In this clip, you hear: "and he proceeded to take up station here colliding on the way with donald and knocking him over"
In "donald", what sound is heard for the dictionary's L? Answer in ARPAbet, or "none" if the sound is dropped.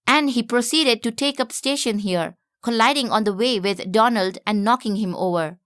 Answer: L